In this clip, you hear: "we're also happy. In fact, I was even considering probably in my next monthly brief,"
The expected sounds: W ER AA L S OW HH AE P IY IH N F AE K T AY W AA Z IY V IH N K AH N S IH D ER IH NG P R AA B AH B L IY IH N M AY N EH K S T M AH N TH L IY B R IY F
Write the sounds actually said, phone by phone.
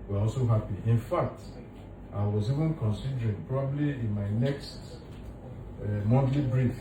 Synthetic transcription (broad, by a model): W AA AA L S OW HH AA P IY IH N F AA K T AY W AA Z IY V IH N K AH N S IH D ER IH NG P R AA B AH B L IY IH N M AY N EH K S T M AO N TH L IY B R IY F